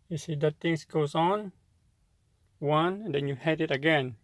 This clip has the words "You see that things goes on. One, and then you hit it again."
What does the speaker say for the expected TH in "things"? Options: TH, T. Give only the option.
T